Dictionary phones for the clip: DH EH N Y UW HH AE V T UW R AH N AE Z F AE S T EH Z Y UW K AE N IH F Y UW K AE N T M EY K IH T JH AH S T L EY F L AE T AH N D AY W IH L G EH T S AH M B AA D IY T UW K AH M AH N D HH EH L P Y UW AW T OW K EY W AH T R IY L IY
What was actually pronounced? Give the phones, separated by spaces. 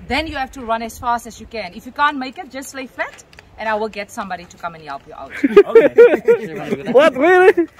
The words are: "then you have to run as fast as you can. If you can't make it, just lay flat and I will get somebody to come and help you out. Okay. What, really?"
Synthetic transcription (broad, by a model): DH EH N Y UW HH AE F T UW R AH N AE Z F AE S T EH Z Y UW K AE N IH F Y UW K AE N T M EY K IH T JH AH S T L EY F AE T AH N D AY W IH L G EH T S AH M B AA D IY T UW K AH M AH N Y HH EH L P Y UW T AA UH W AH T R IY L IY